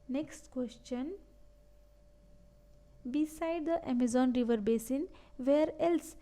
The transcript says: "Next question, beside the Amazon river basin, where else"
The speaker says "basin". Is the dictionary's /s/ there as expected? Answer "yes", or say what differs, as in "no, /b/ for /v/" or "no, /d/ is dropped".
yes